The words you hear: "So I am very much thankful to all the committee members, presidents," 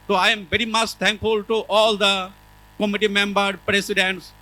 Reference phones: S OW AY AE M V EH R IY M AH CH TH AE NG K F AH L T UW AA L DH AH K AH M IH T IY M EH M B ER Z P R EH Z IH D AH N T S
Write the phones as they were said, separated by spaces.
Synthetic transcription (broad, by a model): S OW AY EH M V EH R IY M AH CH T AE NG K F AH L T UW AA L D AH K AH M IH T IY M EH M B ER P R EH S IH D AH N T S